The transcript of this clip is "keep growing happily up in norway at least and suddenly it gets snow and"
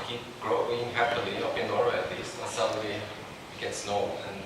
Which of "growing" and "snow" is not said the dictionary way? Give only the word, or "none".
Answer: none